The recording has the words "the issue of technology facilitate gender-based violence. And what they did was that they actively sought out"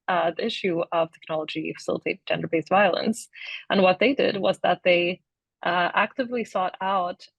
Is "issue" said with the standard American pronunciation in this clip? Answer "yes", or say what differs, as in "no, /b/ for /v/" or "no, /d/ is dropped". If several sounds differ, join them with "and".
yes